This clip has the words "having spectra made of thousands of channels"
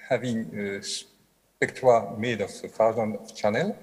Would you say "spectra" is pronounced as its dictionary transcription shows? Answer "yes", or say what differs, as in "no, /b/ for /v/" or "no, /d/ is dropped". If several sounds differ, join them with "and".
no, /w/ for /ɹ/